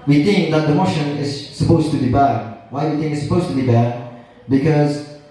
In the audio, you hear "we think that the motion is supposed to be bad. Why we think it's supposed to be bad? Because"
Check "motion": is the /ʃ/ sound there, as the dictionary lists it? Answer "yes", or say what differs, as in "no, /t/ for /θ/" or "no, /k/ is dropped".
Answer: yes